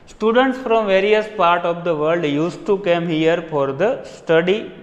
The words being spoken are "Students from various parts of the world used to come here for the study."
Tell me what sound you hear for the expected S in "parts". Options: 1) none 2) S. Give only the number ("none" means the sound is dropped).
1